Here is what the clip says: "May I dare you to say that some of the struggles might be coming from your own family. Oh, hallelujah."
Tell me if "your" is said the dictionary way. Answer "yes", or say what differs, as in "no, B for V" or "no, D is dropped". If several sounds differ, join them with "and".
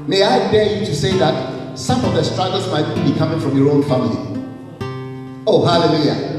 yes